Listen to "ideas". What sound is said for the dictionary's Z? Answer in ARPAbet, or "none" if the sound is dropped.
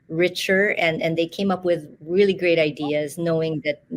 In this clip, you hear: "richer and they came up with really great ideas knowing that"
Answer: Z